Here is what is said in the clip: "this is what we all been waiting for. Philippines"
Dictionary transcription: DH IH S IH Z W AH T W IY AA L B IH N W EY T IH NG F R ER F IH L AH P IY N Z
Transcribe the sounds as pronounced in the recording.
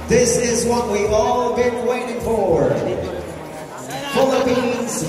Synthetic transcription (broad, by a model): DH IH S IH Z W AH T W IY AA L B IH N W EY T IH NG F R ER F IH L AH P IY N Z